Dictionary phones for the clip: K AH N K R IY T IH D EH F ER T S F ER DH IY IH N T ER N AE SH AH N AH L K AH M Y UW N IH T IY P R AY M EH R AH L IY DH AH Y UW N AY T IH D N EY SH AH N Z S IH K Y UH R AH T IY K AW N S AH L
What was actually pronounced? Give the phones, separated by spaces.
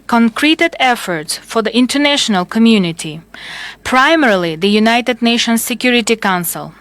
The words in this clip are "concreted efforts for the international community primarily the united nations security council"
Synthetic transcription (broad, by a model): K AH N K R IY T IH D EH F ER T S F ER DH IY IH N T ER N AE SH AH N AH L K AH M Y UW N IH T IY P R AY M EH R L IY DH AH Y UW N AY T IH D N EY SH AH N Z S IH K Y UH R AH T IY K AW N S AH L